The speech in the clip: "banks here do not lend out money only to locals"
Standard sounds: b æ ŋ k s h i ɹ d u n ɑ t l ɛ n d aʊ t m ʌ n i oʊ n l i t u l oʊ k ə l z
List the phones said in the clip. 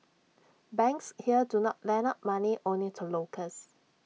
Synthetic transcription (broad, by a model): b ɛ ŋ k s h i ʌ d u n ɑ t l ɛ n aʊ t m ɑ n i oʊ n l i t u l oʊ k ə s